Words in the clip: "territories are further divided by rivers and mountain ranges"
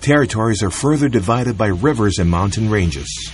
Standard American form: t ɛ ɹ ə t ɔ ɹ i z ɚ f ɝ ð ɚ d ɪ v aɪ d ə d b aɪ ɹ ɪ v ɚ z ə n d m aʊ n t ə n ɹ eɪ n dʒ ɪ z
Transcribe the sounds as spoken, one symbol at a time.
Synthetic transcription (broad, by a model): t ɛ ɹ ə t ɔ ɹ i z ɚ f ɝ ð ɚ d ɪ v aɪ d ə d b aɪ ɹ ɪ v ɚ z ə n m aʊ n t ə n ɹ eɪ n dʒ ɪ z